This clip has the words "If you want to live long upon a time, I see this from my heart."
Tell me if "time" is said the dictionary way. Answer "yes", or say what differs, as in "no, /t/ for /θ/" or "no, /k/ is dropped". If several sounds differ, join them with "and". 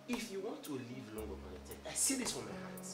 no, /m/ is dropped